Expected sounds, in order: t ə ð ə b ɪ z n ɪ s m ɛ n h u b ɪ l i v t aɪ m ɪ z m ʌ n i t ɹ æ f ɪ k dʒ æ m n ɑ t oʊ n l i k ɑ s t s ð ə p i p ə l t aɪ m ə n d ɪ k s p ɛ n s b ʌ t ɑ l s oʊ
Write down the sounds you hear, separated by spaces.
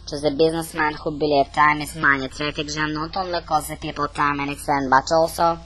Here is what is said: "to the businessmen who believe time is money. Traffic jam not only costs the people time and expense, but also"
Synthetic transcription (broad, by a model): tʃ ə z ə b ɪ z n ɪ s m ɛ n h u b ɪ l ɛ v t aɪ m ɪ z m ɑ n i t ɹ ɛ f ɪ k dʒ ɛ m n ɑ t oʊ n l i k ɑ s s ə p i p ə l t aɪ m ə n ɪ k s ɛ n b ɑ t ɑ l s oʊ